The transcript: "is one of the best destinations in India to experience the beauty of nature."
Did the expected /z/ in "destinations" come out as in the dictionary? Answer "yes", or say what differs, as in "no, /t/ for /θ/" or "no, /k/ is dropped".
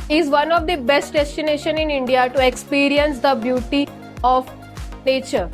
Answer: no, /z/ is dropped